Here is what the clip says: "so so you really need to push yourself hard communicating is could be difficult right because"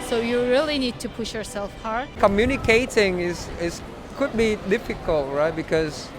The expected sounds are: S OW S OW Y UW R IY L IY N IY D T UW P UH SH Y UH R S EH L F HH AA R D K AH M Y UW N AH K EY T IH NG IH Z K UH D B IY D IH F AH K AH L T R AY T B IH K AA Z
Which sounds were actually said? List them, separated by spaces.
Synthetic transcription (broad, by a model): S S OW Y UW R IY L IY N IY D T UW P UH SH Y UH R S EH L F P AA R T K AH M Y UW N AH K EY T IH NG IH S K UH D B IY D IH F AH K AH L T R AY T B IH K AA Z